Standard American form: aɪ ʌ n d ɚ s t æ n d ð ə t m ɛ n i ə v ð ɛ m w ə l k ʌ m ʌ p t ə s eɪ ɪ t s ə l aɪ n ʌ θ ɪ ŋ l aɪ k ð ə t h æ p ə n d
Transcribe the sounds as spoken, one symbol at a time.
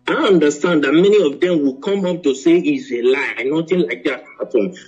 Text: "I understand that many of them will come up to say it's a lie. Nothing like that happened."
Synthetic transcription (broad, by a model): aɪ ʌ n d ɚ s t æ n d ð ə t m ɛ n i ə v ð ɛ m w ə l k ʌ m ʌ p t ə s eɪ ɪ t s ə l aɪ n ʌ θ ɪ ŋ l aɪ k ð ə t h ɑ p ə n